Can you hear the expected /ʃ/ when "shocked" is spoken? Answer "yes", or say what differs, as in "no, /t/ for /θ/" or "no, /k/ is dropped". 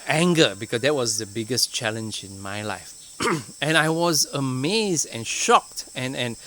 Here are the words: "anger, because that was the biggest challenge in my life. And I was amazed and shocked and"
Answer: yes